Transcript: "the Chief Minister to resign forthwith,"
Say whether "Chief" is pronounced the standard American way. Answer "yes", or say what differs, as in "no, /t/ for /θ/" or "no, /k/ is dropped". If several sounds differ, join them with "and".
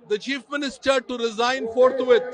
yes